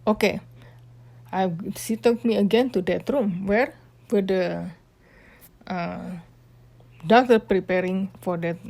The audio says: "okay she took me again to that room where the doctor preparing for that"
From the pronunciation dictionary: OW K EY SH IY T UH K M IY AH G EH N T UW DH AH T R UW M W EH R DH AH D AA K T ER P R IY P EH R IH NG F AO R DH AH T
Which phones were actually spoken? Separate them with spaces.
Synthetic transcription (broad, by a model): OW K EY S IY T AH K M IY AH G EH N T UW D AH T R UW M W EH R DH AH D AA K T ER P R IY P EH R IH NG F AO R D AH T